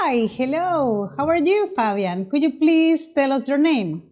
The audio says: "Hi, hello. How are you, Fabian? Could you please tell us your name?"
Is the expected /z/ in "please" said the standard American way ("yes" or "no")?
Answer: no